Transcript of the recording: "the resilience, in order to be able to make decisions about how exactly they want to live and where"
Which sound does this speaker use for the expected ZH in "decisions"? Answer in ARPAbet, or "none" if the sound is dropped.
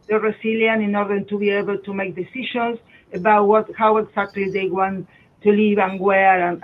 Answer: SH